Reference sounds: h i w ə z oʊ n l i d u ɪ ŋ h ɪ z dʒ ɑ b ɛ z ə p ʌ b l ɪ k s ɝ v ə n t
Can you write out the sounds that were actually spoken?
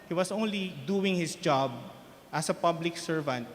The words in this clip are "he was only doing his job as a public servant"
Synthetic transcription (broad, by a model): h i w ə s oʊ n l i d u ɪ ŋ h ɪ s dʒ ɑ b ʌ s ə p ʌ b l ɪ k s ɝ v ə n t